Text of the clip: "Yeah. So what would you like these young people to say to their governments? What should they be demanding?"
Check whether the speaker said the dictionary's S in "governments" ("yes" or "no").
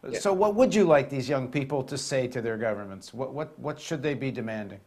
yes